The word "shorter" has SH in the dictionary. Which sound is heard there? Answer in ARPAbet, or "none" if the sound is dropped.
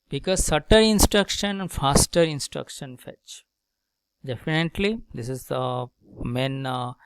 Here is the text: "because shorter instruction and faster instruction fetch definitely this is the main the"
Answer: S